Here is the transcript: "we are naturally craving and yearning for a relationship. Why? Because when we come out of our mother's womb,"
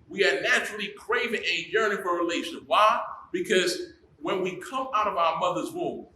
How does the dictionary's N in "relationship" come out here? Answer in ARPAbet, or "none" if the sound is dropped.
none